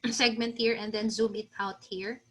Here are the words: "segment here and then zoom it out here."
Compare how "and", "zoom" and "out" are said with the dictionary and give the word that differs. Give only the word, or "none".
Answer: none